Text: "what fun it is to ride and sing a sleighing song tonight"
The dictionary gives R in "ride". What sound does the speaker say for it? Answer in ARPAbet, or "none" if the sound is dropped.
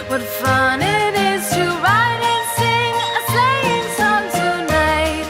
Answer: R